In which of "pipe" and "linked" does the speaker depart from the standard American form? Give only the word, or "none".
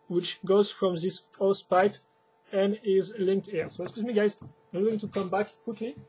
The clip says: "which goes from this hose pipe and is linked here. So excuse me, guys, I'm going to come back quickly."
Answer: none